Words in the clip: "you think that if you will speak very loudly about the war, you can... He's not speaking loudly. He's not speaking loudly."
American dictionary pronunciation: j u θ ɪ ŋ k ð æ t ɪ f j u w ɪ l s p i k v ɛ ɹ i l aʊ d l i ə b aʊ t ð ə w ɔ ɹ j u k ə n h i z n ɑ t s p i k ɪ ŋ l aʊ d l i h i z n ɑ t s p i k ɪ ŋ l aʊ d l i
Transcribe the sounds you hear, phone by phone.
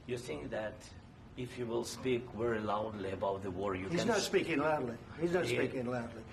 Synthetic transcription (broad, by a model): j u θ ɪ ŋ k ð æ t ɪ f j u w ɪ l s p i k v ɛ ɹ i l aʊ d l i ə b aʊ t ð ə w ɔ ɹ j u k h i z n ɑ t s p i k ɪ ŋ l aʊ d l i h i z n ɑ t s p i k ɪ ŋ l aʊ d l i